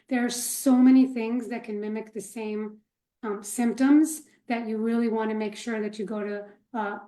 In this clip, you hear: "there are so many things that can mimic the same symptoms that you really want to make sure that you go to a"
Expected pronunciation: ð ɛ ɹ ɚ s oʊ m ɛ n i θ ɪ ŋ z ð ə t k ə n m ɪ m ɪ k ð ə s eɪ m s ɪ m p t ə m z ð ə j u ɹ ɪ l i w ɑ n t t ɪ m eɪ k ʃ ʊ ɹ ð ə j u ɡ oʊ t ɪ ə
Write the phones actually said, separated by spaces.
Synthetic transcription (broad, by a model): ð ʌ ɹ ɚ s oʊ m ɛ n i θ ɪ ŋ z ð ə t k ə n m ɪ m ɪ k ð ə s eɪ m s ɪ m p t ə m z ð ə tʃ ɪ ɹ ɪ l i w ɑ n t t ɪ m eɪ k ʃ ʊ ɹ ð ə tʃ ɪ ɡ oʊ t ɪ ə